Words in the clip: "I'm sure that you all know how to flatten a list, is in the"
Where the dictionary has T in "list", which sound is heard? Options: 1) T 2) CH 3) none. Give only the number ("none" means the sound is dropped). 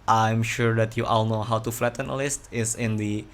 1